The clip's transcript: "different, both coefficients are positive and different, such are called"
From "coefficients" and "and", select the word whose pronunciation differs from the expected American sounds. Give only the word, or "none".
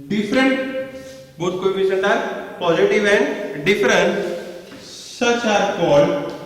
coefficients